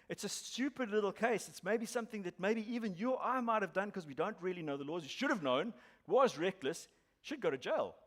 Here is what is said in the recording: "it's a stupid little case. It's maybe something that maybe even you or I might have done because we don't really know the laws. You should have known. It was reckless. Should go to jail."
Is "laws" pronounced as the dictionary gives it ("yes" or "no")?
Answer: yes